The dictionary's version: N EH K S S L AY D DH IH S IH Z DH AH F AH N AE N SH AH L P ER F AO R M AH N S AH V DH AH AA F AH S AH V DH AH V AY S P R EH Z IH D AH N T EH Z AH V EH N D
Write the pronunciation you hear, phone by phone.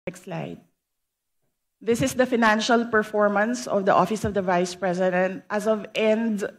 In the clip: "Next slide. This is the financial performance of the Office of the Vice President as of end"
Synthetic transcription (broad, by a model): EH K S S L AY D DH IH S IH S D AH F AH N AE N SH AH L P ER F AO R M AH N S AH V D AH AA F AH S AH V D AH V AY S P R EH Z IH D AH N T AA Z AH V EH N D